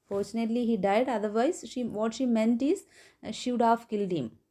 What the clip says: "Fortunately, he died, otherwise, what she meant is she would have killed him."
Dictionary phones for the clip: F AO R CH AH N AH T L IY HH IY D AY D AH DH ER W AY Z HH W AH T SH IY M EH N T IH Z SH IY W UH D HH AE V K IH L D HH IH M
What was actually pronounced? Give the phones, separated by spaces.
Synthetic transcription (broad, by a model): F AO R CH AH N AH T L IY HH IY D AY D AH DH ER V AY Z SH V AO T SH IY M EH N T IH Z SH IY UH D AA F K IH L D HH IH M